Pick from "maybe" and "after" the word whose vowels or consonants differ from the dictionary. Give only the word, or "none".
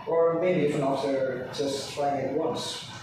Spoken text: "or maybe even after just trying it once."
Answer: after